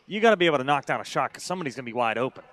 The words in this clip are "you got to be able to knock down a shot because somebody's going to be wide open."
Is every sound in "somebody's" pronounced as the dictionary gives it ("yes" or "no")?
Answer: yes